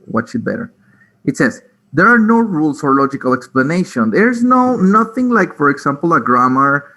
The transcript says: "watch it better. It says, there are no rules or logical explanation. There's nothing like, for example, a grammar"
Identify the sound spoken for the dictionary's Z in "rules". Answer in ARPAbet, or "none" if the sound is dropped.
S